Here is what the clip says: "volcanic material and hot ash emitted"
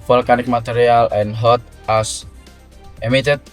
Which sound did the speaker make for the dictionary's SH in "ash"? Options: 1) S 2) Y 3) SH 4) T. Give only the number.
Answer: 1